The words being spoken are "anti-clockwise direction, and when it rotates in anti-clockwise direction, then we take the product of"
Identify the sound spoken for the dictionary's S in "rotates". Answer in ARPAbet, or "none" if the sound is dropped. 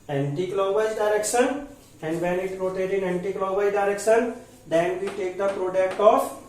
none